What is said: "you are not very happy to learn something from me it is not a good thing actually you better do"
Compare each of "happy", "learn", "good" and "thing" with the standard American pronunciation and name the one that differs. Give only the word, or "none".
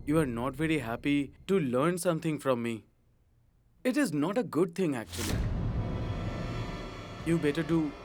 thing